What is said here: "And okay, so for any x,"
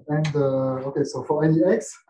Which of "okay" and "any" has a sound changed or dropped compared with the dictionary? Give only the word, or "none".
any